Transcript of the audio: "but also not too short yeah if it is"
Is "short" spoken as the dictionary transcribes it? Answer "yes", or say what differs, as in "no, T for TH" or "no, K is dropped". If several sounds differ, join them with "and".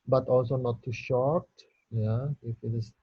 yes